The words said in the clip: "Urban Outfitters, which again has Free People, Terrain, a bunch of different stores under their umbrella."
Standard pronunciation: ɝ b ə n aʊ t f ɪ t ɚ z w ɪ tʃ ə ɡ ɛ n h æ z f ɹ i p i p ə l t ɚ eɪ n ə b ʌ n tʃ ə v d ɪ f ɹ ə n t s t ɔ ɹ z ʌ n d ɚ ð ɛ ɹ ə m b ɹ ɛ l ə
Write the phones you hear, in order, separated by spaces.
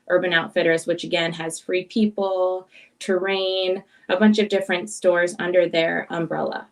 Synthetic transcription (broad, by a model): ɝ b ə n aʊ t f ɪ t ɚ z w ɪ tʃ ə ɡ ɛ n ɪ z f ɹ i p i p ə l t ɚ eɪ n ə b ʌ n tʃ ə v d ɪ f ɹ ə n t s t ɔ ɹ z ʌ n d ɚ ð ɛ ɹ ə m b ɹ ɛ l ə